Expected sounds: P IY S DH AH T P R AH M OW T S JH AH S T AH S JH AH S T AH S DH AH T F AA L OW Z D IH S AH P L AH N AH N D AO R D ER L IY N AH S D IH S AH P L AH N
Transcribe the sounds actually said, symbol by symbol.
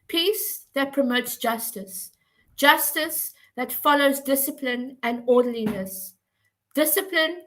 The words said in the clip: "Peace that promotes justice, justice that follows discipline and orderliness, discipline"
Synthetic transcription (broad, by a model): P IY S DH AH T P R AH M OW T S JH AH S T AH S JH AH S T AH S DH AH T F AA L OW Z D IH S AH P L AH N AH N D AO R D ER L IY N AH S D IH S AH P L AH N